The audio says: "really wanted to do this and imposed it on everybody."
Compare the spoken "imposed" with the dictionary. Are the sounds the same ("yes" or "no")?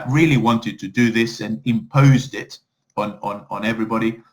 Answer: yes